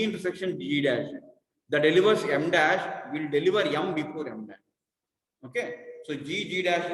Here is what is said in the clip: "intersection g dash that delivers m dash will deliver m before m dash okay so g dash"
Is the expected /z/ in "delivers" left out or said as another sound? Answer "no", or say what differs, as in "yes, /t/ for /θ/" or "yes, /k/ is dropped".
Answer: yes, /s/ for /z/